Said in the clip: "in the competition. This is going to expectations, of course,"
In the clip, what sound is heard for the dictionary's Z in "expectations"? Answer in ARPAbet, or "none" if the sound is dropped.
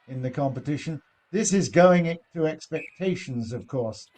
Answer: Z